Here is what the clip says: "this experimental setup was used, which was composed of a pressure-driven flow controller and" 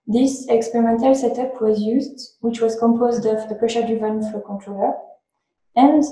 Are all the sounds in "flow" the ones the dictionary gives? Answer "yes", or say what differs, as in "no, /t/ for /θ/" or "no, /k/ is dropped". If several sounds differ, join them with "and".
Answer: no, /l/ is dropped